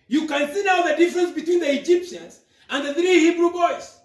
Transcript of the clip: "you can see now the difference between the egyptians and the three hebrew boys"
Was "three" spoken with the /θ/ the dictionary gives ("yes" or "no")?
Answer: yes